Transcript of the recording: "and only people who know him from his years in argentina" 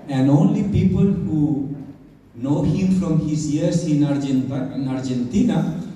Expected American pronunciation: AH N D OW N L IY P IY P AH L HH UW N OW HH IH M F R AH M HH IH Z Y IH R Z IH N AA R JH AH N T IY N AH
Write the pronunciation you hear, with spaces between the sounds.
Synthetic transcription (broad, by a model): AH N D OW N L IY P IY P AH L HH UW N OW HH IH M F R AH M HH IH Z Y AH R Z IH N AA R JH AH N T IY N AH